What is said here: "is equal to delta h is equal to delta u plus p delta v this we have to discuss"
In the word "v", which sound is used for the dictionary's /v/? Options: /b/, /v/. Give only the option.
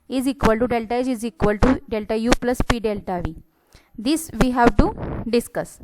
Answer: /v/